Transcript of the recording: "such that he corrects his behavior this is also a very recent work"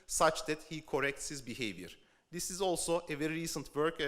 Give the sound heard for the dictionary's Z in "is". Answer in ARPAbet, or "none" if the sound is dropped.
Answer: Z